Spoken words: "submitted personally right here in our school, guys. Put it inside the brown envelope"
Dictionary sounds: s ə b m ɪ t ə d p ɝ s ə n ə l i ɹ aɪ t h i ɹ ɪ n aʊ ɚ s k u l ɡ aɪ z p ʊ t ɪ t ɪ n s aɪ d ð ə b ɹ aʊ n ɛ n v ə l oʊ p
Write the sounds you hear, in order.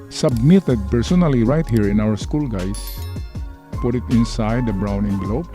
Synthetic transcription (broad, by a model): s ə b m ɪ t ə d p ɝ s ə n ə l i ɹ aɪ t h i ɹ ɪ n aʊ ɚ s k u l ɡ aɪ s p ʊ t ɪ t ɪ n s aɪ d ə b ɹ aʊ n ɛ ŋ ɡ l oʊ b